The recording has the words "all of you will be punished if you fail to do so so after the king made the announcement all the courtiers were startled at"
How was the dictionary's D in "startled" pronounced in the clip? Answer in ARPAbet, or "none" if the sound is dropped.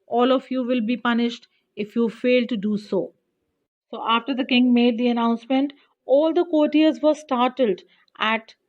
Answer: D